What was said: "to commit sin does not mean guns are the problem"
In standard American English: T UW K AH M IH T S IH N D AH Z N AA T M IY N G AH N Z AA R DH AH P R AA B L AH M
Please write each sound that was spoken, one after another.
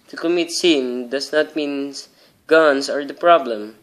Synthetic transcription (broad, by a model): T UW K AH M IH T S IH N D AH S N AA T M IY N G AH N S AA R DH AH P R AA B L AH M